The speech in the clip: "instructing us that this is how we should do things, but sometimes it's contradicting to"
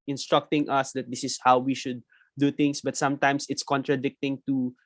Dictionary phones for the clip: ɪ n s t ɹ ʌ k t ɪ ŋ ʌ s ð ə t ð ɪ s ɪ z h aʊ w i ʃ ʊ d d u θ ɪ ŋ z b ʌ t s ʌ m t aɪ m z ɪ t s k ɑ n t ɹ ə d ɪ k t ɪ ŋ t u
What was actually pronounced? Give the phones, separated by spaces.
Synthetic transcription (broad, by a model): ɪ n s t ɹ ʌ k t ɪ ŋ ʌ s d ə t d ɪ s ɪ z h aʊ w i ʃ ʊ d d u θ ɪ ŋ s b ʌ t s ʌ m t aɪ m s ɪ t s k ɑ n t ɹ ə d ɪ k t ɪ ŋ t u